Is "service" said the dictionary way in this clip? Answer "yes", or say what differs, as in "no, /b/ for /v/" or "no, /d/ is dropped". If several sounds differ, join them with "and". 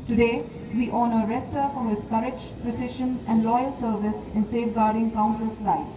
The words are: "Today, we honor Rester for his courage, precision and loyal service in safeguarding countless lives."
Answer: yes